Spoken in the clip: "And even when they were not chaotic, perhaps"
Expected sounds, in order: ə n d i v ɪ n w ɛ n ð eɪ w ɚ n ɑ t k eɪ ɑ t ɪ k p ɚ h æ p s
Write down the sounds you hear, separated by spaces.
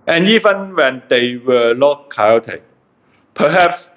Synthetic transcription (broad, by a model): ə n i v ɪ n w ɛ n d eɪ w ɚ l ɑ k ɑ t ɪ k p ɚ h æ p s